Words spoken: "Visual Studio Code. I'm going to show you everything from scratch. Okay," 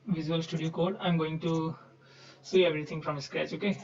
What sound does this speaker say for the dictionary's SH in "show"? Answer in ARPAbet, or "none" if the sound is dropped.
S